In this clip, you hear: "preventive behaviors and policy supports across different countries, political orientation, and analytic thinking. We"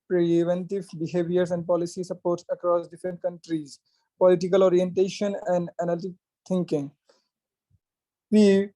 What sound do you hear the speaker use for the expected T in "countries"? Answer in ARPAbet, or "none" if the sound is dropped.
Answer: T